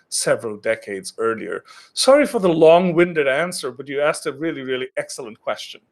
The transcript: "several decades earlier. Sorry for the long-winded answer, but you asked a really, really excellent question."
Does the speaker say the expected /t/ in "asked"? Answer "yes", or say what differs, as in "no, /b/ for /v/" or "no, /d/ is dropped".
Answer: yes